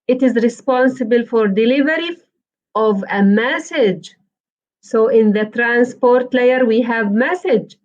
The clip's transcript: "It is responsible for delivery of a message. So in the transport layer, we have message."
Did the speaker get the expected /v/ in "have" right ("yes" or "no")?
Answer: yes